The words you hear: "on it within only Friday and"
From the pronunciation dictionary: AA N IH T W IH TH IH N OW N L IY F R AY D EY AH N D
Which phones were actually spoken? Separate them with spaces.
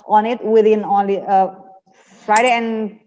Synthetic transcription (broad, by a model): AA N IH T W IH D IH N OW L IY F R AY D EY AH N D